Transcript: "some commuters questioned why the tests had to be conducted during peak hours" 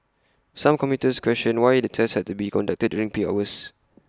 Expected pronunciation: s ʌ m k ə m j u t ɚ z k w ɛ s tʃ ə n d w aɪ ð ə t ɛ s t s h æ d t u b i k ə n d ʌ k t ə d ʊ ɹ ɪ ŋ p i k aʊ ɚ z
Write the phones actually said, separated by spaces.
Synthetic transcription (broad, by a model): s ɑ m k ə m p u t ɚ s k w ɛ s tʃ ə n w aɪ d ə t ɛ s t h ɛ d t u b i k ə n d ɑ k t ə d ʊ ɹ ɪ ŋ p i aʊ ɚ s